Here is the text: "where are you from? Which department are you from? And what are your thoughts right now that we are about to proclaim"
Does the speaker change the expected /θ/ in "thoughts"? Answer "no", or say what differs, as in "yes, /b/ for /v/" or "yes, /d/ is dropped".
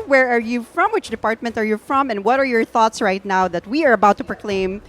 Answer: no